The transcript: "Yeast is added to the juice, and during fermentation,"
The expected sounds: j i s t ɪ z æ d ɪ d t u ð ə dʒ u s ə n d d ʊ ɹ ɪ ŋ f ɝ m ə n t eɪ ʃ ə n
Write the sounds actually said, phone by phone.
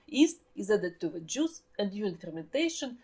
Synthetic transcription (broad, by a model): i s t ɪ z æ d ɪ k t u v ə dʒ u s ə n d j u ɪ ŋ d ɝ m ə n t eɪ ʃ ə n